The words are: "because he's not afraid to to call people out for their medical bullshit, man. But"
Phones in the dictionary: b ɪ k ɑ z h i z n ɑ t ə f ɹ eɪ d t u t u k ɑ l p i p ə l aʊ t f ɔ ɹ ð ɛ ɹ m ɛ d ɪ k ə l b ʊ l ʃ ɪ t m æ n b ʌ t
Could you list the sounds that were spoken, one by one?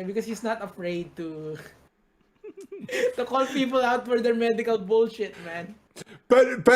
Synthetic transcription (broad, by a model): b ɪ k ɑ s h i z n ɑ t ə f ɹ eɪ d t u t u k ɑ l p i p ə l aʊ t f ɔ ɹ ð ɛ ɹ m ɛ d ɪ k ə l b ʊ l ʃ ɪ t m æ n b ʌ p